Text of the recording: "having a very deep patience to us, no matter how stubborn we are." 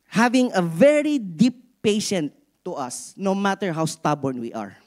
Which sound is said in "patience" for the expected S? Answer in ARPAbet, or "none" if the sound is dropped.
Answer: none